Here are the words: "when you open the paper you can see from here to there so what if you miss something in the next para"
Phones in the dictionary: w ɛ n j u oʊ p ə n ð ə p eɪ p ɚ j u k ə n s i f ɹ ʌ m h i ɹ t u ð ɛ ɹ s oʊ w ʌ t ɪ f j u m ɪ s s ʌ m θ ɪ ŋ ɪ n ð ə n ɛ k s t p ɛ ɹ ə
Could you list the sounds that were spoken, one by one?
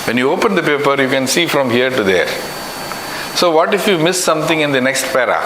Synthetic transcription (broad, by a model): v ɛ n j u oʊ p ə n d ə p eɪ p ɚ j u k ə n s i f ɹ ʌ m h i ɹ t u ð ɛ ɹ s oʊ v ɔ t ɪ f j u m ɪ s s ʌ m t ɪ ŋ ɪ n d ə n ɛ k s t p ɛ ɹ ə